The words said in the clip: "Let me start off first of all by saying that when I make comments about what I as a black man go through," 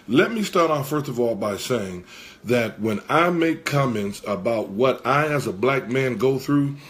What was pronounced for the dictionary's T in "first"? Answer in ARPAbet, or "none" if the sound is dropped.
T